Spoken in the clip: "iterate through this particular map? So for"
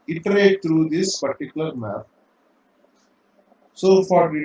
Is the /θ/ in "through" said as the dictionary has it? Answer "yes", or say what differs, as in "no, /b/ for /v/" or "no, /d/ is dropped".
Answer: no, /t/ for /θ/